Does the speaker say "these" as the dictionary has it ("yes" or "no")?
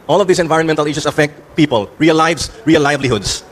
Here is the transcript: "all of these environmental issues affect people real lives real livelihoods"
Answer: no